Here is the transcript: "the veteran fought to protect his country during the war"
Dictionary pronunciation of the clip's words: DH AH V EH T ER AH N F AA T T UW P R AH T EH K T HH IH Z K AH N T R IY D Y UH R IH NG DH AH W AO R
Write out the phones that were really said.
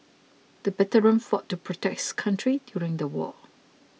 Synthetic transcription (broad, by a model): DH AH B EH T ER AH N F AA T T UW P R AH T EH K T K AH N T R IY D Y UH R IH NG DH AH W AO